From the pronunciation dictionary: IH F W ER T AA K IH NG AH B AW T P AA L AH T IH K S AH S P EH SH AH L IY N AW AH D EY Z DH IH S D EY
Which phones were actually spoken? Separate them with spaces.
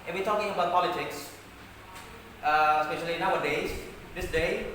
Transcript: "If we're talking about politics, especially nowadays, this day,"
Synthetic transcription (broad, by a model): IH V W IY T AA K IH NG AH B AW T P AA L AH T IH K S AH S P EH SH AH L IY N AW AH D EY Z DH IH S D EY